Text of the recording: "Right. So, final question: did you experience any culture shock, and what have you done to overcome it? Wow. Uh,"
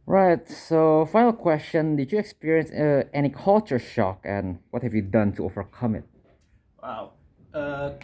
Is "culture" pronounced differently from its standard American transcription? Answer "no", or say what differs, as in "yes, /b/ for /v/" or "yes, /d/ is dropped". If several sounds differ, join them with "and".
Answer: no